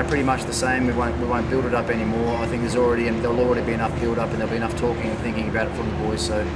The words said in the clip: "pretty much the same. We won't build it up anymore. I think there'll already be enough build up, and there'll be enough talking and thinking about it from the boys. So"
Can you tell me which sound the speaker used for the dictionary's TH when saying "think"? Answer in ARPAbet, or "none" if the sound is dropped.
TH